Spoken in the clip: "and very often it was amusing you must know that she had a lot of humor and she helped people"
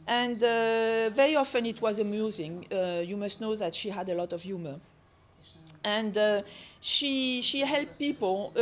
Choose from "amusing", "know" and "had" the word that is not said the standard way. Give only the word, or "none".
none